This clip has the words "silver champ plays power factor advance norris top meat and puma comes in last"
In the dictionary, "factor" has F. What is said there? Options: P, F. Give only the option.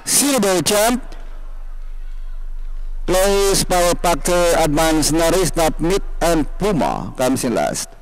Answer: P